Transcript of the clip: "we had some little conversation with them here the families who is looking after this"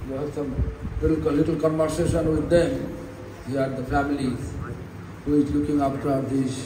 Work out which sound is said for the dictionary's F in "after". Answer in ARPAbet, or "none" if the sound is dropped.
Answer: P